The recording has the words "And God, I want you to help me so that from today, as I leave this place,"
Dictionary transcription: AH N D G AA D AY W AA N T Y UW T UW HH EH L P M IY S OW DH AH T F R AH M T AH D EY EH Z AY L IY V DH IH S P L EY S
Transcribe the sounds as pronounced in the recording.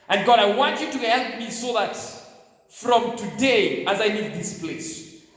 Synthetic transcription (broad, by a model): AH N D G AA D AY W AA N T Y UW T UW HH EH L P M IY S OW DH AH T F R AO M T AH D EY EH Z AY N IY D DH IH S P L EY S